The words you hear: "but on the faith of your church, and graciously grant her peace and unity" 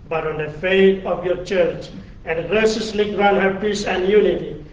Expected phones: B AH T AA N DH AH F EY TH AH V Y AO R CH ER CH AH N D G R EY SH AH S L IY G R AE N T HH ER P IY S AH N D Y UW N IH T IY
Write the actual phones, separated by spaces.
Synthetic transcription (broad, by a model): B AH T AA N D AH F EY T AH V Y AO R CH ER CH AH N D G R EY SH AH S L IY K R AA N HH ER P IY S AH N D Y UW N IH T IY